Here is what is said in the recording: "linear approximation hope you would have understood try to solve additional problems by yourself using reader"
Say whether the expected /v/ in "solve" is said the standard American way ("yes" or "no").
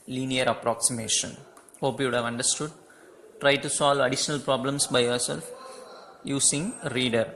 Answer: yes